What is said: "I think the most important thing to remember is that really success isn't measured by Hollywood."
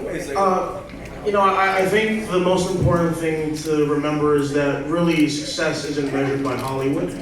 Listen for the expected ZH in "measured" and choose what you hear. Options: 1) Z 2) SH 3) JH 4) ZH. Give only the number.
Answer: 4